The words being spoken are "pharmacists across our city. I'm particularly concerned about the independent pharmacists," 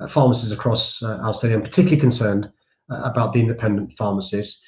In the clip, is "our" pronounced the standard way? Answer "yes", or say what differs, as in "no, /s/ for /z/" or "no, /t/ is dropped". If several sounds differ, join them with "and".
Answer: no, /l/ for /ɹ/